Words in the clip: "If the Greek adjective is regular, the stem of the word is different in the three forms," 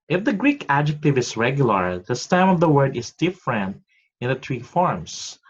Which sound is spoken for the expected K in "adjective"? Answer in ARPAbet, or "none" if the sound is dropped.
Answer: K